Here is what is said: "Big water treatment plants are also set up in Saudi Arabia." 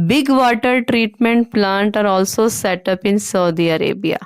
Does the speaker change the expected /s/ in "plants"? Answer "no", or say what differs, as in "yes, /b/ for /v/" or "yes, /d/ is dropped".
yes, /s/ is dropped